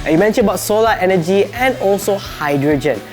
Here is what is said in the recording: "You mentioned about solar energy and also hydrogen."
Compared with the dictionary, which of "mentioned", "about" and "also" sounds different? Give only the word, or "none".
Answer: mentioned